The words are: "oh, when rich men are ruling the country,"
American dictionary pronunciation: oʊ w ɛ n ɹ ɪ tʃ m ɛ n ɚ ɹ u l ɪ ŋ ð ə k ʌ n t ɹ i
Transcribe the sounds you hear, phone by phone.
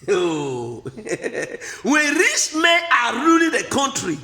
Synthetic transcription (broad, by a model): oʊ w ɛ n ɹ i s m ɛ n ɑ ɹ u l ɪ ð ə k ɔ n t ɹ i